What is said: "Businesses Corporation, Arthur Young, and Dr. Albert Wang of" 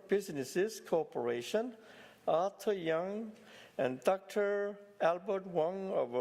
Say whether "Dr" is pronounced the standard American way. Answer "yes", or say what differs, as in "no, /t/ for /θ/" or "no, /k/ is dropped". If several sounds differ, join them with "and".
yes